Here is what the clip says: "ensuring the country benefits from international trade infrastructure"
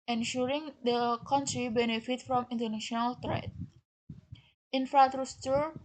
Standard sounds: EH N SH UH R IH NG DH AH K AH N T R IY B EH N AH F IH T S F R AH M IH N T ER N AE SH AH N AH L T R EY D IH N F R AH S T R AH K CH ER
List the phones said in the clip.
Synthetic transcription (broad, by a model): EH N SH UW R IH NG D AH K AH N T R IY B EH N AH F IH T F R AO M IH N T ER N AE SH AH N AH L T R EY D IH N F R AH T R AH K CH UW